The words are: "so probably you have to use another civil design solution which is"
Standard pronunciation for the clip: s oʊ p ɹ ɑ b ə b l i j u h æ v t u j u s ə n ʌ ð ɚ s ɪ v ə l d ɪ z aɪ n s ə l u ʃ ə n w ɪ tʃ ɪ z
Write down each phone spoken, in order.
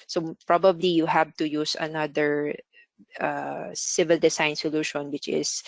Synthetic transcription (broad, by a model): s oʊ p ɹ ɑ b ə b l i j u h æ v t u j u s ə n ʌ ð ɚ s ɪ v ə l d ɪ s aɪ n s ə l u ʃ ə n w ɪ tʃ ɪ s